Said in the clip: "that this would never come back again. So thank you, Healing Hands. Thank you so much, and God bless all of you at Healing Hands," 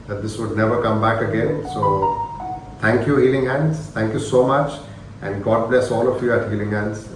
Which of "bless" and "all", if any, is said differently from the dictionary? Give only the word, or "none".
none